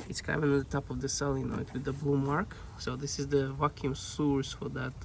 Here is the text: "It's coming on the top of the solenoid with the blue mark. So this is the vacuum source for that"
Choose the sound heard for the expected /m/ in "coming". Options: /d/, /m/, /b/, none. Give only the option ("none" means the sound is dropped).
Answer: none